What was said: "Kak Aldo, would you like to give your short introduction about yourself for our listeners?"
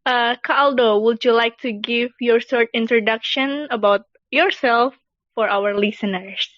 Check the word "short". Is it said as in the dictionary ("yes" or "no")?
no